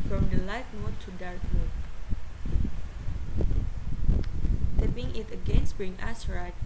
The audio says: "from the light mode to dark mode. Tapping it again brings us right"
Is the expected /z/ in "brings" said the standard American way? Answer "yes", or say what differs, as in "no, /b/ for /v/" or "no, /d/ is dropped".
no, /z/ is dropped